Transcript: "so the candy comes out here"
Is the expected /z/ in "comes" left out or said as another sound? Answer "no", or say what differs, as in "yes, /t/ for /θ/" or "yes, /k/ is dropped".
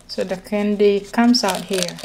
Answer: yes, /s/ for /z/